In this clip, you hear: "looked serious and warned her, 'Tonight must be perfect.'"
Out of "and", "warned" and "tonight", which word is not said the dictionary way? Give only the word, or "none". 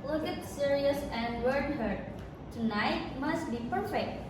warned